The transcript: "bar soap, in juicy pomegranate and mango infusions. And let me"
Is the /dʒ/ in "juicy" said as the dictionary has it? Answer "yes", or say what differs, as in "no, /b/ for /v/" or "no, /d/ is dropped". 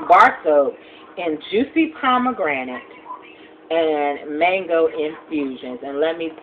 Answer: yes